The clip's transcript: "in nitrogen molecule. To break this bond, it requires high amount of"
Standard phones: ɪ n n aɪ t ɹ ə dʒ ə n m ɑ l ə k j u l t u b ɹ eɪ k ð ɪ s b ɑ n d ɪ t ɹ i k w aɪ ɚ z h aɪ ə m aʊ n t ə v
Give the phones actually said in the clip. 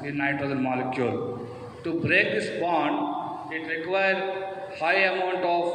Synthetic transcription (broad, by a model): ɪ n n aɪ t ə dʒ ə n m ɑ l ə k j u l t u b ɹ eɪ k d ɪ s b ɑ n d ɪ t ɹ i k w aɪ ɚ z h aɪ ə m aʊ n t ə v